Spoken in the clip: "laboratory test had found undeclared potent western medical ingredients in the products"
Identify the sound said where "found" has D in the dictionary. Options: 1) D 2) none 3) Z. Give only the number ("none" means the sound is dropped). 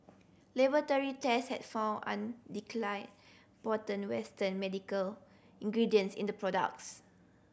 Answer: 2